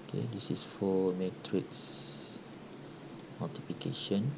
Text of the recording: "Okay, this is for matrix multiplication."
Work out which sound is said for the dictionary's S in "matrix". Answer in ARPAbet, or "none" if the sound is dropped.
S